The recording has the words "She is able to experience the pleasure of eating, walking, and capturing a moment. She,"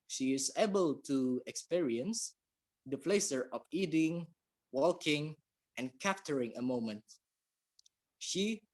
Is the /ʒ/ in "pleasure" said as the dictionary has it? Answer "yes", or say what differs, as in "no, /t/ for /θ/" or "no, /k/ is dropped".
no, /s/ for /ʒ/